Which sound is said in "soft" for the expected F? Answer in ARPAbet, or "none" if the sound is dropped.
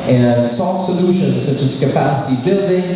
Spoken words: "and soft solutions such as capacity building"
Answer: none